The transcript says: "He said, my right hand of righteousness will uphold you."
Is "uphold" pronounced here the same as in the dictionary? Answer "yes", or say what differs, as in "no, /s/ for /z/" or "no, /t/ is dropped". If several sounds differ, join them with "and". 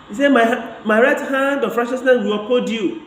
no, /l/ is dropped